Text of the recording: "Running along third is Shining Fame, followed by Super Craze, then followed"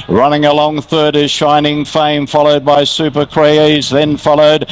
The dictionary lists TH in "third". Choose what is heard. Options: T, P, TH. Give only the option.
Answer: TH